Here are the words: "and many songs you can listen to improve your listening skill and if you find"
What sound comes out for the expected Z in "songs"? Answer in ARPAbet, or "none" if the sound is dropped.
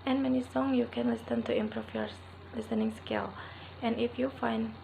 none